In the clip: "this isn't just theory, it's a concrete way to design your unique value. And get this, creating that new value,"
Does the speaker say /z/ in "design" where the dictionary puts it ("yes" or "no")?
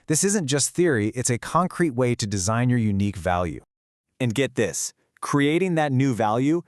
yes